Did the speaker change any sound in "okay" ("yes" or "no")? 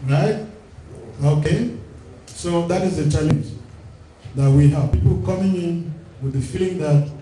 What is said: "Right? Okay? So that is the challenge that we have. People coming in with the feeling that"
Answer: no